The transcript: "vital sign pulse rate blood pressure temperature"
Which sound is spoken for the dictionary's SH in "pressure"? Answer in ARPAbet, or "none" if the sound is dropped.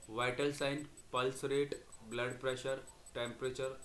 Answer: SH